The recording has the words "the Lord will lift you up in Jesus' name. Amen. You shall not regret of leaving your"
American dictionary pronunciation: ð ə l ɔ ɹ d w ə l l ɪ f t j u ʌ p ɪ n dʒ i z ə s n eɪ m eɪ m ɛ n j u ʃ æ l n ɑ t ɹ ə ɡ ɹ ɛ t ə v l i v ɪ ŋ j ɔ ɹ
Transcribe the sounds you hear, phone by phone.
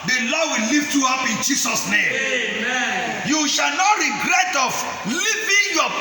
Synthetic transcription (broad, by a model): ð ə l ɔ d w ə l l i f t j u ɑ p ɪ n dʒ i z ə s n eɪ m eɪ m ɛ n j u ʃ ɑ l n ɑ t ɹ ə ɡ ɹ ɛ t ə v l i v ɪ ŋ j ɔ